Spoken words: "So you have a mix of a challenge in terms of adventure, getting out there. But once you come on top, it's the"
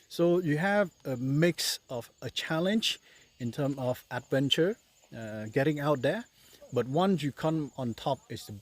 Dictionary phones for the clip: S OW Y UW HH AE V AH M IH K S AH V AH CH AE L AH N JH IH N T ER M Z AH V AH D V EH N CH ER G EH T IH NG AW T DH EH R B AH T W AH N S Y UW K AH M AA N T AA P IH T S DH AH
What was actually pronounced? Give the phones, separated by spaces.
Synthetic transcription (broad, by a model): S OW Y UW HH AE V AH M IH K S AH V AH CH AE L AH N JH IH N T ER M AH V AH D V EH N CH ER G EH T IH NG AW T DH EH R B AH T W AH N S Y UW K AH M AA N T AA P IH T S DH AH